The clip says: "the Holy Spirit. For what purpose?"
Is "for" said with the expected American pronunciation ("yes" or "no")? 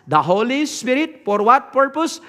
no